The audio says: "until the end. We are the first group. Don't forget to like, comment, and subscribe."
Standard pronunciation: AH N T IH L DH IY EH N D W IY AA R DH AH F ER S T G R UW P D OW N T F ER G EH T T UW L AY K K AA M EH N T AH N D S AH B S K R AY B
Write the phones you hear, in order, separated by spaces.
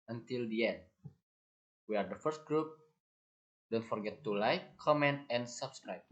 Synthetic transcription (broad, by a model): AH N T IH L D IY EH N D W IY AA R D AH F ER S T G R UW P D OW N T F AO G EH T T UW L AY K K AA M EH N T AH N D S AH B S K R AY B